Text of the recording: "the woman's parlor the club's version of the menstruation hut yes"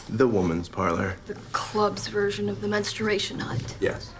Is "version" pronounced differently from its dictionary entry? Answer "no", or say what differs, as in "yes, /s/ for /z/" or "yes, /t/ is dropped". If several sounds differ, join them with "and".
no